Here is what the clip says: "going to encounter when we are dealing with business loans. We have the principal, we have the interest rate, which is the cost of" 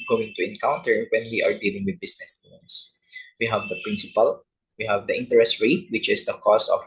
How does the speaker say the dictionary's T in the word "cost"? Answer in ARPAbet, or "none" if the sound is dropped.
none